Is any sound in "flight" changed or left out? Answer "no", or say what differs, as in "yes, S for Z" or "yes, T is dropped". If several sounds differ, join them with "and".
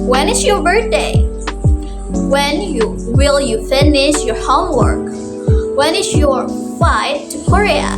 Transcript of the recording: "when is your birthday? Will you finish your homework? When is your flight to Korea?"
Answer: yes, L is dropped